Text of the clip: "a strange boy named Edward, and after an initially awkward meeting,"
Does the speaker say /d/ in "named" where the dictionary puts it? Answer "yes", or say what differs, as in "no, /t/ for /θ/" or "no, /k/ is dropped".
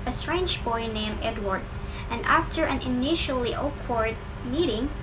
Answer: no, /d/ is dropped